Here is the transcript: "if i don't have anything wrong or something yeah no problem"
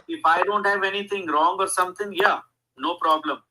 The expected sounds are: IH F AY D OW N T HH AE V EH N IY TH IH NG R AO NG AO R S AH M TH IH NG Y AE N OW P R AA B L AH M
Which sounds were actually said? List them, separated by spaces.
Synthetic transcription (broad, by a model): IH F AY D OW N T HH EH V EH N IY T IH NG R AO NG AO R S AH M T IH NG Y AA N OW P R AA B L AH M